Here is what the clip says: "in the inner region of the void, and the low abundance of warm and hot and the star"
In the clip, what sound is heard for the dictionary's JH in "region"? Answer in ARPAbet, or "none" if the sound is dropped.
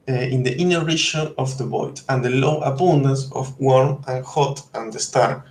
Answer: SH